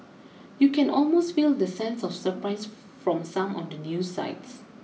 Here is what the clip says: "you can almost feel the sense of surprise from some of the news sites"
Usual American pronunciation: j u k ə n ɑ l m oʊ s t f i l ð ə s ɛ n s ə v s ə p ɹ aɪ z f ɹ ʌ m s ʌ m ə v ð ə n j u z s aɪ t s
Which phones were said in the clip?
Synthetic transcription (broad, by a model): j u k ə n ɑ l m oʊ s t f i l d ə s ɛ n s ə f s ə p ɹ aɪ s f ɹ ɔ m s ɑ m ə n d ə n j u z s aɪ t s